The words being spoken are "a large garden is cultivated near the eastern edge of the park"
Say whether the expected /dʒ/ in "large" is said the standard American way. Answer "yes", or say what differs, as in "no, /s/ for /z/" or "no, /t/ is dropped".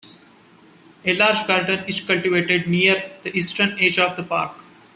yes